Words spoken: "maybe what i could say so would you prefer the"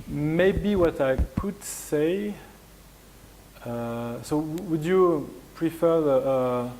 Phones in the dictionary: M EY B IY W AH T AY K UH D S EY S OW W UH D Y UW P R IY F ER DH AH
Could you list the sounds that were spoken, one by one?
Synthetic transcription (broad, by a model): M EY B IY W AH T AY K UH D S EY S OW W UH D Y UW P R IY F ER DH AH